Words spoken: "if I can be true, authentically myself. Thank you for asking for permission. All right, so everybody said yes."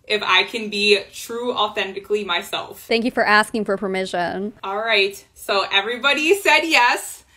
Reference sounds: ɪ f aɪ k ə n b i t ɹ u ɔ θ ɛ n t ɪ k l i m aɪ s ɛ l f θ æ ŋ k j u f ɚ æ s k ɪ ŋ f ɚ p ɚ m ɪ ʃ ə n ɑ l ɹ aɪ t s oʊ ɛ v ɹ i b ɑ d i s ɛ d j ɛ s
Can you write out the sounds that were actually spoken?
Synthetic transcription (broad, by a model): ɪ f aɪ k ə n b i t ɹ u ɔ θ ɛ n t ɪ k l i m aɪ s ɛ l f θ æ ŋ k j u f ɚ æ s k ɪ ŋ f ɚ p ɚ m ɪ ʃ ə n ɑ l ɹ aɪ t s oʊ ɛ v ɹ i b ɑ d i s ɛ d j ɛ s